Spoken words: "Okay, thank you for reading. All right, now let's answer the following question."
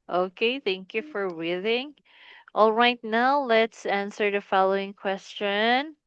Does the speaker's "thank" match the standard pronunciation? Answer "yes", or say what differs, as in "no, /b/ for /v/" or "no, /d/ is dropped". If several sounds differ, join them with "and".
yes